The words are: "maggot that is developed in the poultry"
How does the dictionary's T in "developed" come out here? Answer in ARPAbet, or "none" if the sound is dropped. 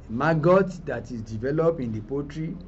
none